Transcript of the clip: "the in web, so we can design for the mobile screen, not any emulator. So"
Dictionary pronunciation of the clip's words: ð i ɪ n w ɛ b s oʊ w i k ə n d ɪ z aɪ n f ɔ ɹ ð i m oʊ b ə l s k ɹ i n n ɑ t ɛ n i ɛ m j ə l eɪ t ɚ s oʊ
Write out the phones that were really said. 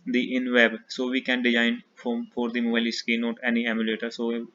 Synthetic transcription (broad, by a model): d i ɪ n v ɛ b s oʊ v i k ə n d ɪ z aɪ n f ɔ ɹ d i m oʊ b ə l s k i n n ɑ t ɛ n i ɛ m j ə l eɪ t ɚ s oʊ